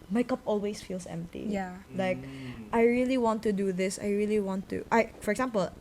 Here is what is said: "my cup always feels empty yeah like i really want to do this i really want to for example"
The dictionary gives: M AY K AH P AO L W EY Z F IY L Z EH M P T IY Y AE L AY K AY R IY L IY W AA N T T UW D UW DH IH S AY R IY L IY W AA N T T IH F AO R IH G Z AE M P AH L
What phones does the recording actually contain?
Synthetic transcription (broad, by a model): M AY K AH P AO L W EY S F IY L S EH M P T IY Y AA L AY K AY R IY L IY W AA N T T UW D UW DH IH S AY R IY L IY W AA N T T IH F AO R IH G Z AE M P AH L